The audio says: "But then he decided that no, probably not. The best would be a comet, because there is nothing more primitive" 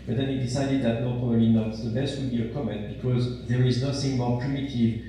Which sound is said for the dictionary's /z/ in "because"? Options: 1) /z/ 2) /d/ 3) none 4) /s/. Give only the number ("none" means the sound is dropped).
1